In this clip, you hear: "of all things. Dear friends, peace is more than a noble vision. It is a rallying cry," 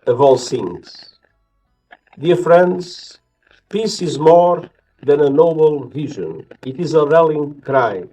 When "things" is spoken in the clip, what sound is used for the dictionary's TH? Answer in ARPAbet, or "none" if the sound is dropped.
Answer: S